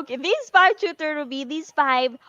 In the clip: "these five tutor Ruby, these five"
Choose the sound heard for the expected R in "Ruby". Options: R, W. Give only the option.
W